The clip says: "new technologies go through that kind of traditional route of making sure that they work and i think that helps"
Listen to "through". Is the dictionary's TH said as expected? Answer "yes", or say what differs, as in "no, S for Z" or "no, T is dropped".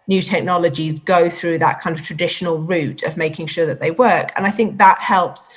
yes